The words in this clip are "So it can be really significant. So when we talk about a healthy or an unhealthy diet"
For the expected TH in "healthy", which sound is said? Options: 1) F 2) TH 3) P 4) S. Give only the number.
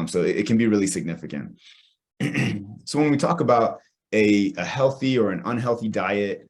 2